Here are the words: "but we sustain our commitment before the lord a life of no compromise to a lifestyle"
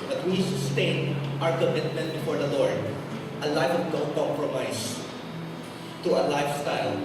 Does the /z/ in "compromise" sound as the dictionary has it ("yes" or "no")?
no